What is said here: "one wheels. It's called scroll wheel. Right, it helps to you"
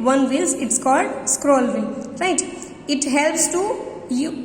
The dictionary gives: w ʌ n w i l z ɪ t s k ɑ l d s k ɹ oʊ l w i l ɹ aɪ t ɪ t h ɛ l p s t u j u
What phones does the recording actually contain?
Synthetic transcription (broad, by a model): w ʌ n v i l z ɪ t s k ɑ l d s k ɹ oʊ l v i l ɹ aɪ t ɪ t h ɛ l p s t u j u